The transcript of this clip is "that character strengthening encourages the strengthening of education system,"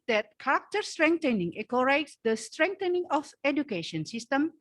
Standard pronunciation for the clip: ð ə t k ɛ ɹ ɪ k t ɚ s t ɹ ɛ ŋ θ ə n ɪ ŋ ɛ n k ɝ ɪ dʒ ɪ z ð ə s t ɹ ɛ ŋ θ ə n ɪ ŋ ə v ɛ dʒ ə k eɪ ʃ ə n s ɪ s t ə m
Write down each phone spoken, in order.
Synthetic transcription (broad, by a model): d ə t k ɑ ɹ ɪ k t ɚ s t ɹ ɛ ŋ t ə n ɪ ŋ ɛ k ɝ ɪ ɪ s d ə s t ɹ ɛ ŋ t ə n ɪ ŋ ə f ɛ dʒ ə k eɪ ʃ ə n s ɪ s t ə m